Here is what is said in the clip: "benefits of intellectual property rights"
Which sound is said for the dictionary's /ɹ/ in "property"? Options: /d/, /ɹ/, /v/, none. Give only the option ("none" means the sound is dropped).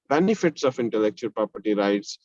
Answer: /ɹ/